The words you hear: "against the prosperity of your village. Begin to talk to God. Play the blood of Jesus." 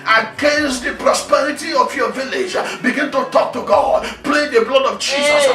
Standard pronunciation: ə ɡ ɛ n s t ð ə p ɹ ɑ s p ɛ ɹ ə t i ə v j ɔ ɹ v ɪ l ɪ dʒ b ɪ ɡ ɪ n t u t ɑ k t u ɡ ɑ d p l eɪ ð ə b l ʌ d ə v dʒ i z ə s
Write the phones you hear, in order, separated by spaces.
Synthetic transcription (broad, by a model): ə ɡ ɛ n s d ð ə p ɹ ɑ s p ɛ ɹ ə t i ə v j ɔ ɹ v ɪ l ɪ dʒ b ɪ ɡ ɪ n t u t ɑ k t u ɡ ɑ d p l eɪ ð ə b l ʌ d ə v dʒ i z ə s